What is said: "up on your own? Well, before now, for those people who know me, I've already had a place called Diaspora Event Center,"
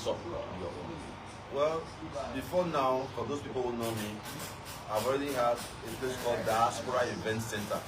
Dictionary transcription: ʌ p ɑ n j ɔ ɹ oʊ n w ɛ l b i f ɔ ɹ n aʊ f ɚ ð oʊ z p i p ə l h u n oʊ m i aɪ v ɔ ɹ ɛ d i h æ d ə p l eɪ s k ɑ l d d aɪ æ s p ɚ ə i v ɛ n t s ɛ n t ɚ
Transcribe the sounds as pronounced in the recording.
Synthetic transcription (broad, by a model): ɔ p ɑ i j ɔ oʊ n w ɛ l b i f ɔ n aʊ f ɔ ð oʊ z p i p ə l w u n oʊ m i aɪ v ɔ ɹ ɛ d i h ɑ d ə p l eɪ s k ɑ l d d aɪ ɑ s p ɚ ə i v ɛ n t s ɛ n t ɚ